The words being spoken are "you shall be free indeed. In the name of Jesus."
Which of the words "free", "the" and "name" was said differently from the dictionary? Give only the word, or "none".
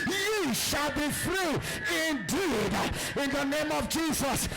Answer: none